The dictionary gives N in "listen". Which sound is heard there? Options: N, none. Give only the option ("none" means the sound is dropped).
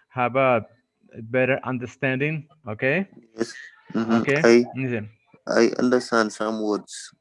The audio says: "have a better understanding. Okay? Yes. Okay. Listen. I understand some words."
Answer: none